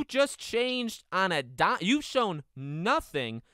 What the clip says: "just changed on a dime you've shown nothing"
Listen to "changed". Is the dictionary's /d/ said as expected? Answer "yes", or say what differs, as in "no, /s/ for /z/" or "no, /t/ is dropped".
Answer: yes